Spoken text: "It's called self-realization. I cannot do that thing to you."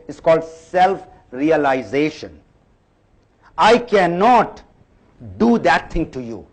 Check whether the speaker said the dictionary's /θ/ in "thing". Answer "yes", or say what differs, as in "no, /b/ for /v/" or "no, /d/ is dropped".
no, /t/ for /θ/